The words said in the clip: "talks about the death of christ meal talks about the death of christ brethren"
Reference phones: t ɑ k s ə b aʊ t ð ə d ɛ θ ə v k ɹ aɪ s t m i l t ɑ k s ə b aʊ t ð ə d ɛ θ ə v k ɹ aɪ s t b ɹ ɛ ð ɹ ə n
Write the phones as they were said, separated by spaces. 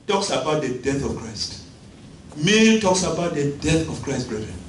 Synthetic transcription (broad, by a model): t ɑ k s ə b aʊ t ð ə d ɛ θ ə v k ɹ aɪ s t m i n t ɑ k s ə b aʊ t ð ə d ɛ θ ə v k ɹ aɪ s t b ɹ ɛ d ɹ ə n